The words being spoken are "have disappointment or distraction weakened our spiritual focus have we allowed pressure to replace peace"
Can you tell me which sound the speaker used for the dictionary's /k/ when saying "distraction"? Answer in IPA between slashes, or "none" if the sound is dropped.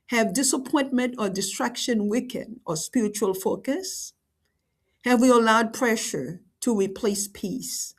/k/